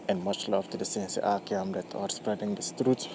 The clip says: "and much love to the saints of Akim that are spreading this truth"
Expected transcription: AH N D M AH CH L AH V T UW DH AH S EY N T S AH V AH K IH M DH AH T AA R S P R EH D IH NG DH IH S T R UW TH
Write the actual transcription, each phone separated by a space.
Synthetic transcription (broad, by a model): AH N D M AH CH L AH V T UW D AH S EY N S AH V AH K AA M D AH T AA R S P R EH D IH NG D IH S T R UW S